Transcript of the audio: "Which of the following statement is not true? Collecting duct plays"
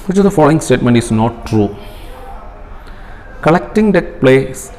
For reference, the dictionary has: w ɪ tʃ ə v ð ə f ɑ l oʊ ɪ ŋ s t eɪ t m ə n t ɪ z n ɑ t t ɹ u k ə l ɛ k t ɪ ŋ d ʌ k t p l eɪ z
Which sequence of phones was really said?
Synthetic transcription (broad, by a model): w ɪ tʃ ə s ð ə f ɑ l oʊ ɪ ŋ s t eɪ t m ə n t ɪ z n ɑ t t ɹ u k ə l ɛ k t ɪ ŋ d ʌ t p l eɪ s